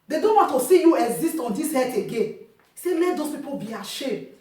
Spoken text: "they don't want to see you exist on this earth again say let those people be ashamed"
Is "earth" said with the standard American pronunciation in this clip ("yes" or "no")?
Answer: no